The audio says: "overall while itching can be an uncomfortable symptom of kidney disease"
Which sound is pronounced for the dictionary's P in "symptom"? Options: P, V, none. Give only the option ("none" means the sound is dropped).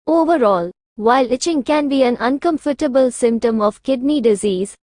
P